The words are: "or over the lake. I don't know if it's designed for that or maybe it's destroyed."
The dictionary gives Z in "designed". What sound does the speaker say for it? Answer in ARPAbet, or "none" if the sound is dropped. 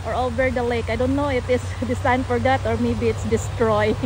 S